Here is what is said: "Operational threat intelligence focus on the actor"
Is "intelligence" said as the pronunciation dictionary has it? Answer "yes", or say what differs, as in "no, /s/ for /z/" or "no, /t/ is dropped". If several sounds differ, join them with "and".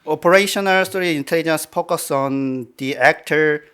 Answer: yes